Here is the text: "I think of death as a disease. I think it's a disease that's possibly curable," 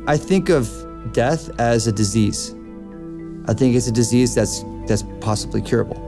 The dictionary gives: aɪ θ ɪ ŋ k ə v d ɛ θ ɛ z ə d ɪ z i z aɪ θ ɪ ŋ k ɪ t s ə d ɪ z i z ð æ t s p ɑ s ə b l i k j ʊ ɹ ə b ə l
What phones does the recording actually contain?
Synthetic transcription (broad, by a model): aɪ θ ɪ ŋ k ə v d ɛ θ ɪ z ə d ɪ z i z aɪ θ ɪ ŋ k ɪ t s ə d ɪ z i z ð æ t s p ɑ s ə b l i k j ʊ ɹ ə b l